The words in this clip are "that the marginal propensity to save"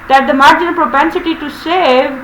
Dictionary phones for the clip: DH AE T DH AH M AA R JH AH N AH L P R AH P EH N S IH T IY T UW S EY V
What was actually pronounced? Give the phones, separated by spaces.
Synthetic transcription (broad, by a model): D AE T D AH M AA R JH AH N AH L P R AH P EH N S IH T IY T UW S EY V